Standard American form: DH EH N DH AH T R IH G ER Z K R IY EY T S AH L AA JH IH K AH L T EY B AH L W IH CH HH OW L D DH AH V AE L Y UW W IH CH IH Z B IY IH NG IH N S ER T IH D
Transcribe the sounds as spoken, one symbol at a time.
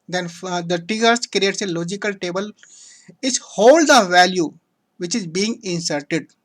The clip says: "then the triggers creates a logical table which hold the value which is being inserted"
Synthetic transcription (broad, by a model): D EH N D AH T IH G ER S K R IY EY T S AH L AA JH IH K AH L T EY B AH L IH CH HH OW L D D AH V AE L Y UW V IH CH IH Z B IY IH NG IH N S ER T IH D